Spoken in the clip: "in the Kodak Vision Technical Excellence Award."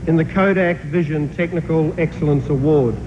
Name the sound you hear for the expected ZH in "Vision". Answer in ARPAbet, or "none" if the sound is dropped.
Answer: ZH